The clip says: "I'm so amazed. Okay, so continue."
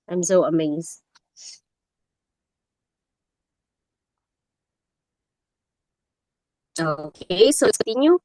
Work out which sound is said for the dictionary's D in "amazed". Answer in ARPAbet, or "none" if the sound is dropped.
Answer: none